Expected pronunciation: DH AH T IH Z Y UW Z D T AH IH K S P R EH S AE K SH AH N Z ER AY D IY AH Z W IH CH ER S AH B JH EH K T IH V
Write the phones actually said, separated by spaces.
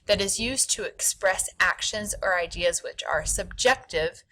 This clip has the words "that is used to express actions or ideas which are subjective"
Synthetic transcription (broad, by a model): DH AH T IH Z Y UW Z T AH IH K S P R EH S AE K SH AH N Z ER AY D IY AH Z W IH CH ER S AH B JH EH K T IH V